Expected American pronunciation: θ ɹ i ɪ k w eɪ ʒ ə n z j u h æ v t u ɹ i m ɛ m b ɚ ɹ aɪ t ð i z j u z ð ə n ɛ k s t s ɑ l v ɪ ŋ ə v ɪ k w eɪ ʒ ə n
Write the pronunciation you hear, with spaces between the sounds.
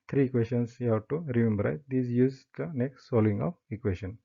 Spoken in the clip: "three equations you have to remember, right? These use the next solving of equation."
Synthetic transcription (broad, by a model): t ɹ i k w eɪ ʃ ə n s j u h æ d t u ɹ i m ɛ m b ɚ ɹ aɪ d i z j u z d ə n ɛ k s t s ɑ l ɪ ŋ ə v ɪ k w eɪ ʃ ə n